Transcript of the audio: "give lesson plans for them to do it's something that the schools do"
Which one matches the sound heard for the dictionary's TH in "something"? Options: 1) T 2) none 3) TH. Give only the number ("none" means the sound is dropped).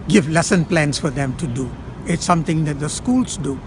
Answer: 1